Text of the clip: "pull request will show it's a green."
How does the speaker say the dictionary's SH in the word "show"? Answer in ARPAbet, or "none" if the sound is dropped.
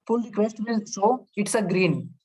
S